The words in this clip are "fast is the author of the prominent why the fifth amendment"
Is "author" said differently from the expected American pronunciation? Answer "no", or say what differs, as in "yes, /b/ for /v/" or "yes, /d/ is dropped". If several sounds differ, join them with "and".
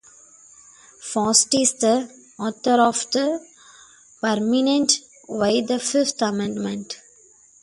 yes, /t/ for /θ/